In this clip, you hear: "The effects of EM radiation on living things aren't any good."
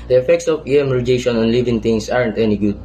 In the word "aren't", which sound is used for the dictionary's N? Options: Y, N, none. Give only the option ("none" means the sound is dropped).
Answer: N